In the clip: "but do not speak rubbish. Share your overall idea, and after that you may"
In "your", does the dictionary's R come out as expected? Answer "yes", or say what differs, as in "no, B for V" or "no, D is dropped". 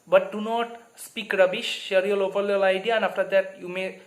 no, L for R